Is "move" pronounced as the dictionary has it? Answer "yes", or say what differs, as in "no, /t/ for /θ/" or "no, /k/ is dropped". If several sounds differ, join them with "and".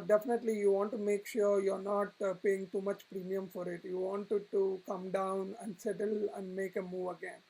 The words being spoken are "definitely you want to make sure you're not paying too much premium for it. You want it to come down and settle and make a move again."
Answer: yes